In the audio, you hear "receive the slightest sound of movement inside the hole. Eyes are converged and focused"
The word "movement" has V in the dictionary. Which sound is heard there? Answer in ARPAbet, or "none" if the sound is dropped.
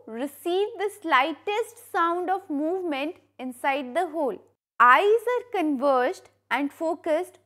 V